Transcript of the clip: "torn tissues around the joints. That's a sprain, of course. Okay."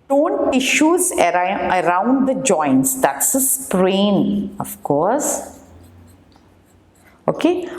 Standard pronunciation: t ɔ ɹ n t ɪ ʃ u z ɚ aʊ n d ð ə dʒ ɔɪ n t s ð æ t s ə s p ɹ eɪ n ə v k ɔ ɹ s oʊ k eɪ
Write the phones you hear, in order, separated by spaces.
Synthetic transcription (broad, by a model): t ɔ n t ɪ ʃ u z ɚ aʊ n d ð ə dʒ ɔɪ n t s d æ t s ə s p ɹ eɪ n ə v k ɔ ɹ s oʊ k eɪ